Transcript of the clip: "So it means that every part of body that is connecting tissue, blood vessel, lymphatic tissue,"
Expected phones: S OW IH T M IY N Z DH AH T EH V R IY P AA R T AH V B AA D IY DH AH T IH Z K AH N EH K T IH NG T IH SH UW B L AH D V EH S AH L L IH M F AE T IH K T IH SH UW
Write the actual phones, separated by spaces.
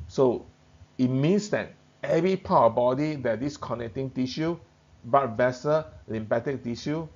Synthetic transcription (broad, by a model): S OW IH T M IY N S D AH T EH V R IY P AA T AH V B AA D IY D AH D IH S K AH N EH K T IH NG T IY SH UW B AA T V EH S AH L L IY M P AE T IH K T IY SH UW